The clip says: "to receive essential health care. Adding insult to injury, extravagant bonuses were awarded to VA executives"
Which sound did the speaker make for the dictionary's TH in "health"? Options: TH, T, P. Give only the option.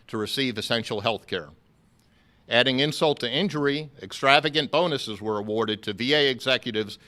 TH